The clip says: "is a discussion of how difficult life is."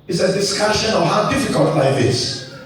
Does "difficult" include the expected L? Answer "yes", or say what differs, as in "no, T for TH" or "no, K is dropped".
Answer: yes